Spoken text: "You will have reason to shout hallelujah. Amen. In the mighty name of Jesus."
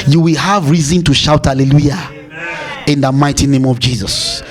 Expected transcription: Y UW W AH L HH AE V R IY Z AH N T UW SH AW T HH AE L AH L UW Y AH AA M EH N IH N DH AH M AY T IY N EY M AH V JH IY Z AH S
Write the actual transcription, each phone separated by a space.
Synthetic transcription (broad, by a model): Y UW W AH L HH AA V R IY Z AH N T UW SH AW T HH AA L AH L UW Y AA IH N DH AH M AY T IY N EY M AH V JH IY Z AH S